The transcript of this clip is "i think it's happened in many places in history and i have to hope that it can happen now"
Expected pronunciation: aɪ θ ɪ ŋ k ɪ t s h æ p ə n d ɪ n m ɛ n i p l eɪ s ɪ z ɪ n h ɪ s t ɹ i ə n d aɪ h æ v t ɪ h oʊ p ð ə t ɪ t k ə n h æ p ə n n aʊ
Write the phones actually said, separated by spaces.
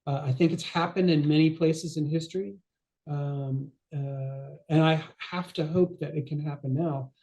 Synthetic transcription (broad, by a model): aɪ θ ɪ ŋ k ɪ t s h æ p ə n d ɪ n m ɛ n i p l eɪ s ɪ z ɪ n h ɪ s t ɹ i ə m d aɪ h æ f t ɪ h oʊ p ð ə t ɪ t k ə n h æ p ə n n aʊ